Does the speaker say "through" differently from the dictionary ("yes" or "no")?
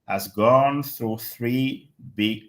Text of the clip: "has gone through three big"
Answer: no